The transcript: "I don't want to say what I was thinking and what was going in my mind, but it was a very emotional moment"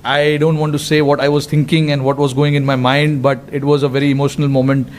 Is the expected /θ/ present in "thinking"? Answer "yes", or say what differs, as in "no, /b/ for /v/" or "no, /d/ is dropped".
no, /t/ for /θ/